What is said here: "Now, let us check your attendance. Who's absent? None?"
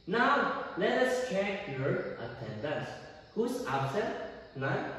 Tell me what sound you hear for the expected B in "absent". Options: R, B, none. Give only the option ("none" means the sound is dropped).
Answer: none